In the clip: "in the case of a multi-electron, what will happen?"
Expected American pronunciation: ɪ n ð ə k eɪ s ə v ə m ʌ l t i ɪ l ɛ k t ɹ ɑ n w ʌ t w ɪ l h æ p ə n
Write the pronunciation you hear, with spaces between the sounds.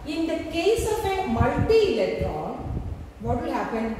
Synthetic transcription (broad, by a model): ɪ n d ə k eɪ s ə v ə m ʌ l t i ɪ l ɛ t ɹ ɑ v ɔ t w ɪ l h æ p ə n